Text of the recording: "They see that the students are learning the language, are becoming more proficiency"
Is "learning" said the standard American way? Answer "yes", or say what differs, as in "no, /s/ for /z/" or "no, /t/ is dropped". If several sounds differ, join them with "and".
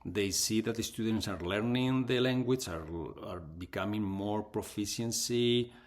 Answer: yes